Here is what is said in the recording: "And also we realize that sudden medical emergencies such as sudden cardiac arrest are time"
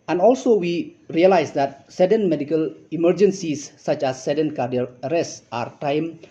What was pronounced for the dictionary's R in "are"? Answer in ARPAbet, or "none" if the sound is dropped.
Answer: R